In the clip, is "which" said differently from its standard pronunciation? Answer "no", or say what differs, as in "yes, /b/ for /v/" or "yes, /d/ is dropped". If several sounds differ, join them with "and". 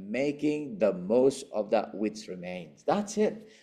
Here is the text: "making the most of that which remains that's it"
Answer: yes, /s/ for /tʃ/